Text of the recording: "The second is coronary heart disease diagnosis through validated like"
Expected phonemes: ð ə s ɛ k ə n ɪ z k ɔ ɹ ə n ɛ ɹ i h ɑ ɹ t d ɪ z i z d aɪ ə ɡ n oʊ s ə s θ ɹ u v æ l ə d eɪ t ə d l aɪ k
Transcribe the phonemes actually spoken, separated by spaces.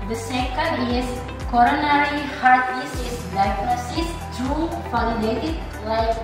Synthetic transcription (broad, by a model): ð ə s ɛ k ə ɪ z k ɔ ɹ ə n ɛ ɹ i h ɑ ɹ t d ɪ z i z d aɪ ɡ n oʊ s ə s t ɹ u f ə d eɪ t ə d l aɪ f